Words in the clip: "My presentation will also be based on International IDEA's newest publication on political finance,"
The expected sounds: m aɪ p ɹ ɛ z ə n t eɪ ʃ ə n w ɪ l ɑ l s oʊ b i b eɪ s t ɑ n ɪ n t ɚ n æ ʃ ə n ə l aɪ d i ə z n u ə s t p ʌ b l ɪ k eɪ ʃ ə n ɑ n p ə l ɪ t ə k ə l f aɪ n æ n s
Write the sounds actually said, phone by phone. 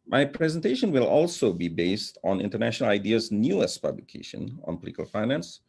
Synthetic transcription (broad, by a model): m aɪ p ɹ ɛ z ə n t eɪ ʃ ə n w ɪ l ɑ l s oʊ b i b eɪ s t ɑ n ɪ n t ɚ n æ ʃ ə n ə l aɪ d i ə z n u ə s p ʌ b l ɪ k eɪ ʃ ə n ɑ n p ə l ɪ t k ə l f aɪ n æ n s